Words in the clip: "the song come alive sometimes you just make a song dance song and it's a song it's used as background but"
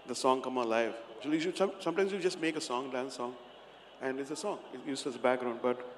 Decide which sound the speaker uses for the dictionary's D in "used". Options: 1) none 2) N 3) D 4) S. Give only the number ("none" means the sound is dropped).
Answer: 1